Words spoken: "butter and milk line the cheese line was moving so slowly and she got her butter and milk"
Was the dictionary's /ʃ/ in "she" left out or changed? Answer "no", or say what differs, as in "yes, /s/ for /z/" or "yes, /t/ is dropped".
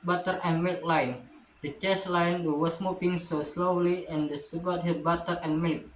yes, /s/ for /ʃ/